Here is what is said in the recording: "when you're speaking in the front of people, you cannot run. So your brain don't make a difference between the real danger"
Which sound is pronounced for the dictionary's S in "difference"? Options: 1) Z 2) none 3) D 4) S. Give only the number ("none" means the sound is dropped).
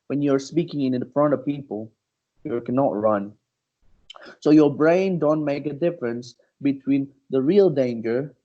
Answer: 4